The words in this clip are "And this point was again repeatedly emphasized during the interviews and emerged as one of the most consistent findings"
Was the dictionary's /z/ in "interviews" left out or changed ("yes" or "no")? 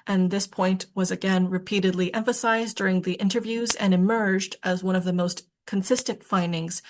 no